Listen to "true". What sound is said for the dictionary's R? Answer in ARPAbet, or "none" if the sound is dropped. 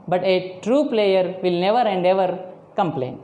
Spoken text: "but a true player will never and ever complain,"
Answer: R